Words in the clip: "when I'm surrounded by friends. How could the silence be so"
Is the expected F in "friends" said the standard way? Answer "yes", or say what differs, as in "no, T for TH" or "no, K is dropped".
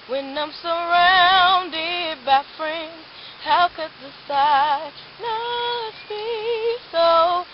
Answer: yes